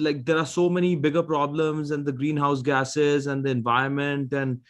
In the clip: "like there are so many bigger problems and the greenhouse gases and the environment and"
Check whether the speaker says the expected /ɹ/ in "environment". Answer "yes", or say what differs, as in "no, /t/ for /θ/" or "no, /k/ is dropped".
no, /ɹ/ is dropped